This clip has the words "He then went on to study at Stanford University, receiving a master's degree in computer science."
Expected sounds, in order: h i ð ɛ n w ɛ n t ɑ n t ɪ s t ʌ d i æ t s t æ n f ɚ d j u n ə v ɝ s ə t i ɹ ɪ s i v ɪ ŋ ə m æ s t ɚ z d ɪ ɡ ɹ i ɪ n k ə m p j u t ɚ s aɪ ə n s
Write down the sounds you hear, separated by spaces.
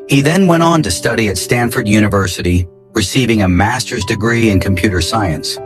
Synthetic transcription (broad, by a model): h i ð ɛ n w ɛ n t n t ɪ s t ʌ d i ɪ t s t æ n f ɚ d j u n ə v ɝ s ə t i ɹ ɪ s i v ɪ ŋ ə m æ s t ɚ z d ɪ ɡ ɹ i ɪ n k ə m p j u t ɚ s aɪ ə n s